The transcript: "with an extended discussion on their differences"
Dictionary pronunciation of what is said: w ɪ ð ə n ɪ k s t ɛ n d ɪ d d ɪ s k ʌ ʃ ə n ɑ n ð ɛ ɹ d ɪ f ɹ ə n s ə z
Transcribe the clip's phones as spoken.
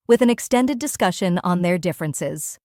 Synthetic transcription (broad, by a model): w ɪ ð ə n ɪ k s t ɛ n d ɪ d d ɪ s k ʌ ʃ ə n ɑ n ð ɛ ɹ d ɪ f ɹ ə n s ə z